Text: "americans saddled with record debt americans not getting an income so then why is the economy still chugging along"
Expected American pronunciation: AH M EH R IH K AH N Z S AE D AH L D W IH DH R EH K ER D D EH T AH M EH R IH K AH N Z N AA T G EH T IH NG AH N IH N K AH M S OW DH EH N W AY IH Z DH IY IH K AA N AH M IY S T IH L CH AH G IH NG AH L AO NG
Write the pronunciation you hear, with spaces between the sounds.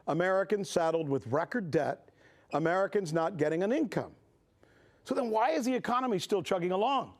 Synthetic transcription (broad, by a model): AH M EH R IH K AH N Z S AE D L D W IH DH R EH K ER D D EH T AH M EH R IH K AH N Z N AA T G EH T IH NG AH N IH N K AH M S OW DH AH N W AY IH Z DH IY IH K AA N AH M IY S T IH L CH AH G IH NG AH L AO NG